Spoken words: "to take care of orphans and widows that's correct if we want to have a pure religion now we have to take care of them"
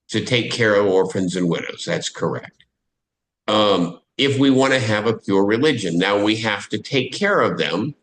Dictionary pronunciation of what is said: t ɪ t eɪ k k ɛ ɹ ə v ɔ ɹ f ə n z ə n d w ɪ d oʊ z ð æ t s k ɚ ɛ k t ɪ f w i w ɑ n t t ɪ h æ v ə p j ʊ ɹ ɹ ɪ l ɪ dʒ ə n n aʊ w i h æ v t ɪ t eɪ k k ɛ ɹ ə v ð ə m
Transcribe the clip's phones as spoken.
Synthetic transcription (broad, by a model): t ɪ t eɪ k k ɛ ɹ ə v ɔ ɹ f ə n z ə n w ɪ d oʊ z ð æ t s k ɚ ɛ k t ɪ f w i w ɑ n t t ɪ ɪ v ə p j ʊ ɹ ɹ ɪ l ɪ dʒ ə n n aʊ w i h æ f t ɪ t eɪ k k ɛ ɹ ə v ð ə m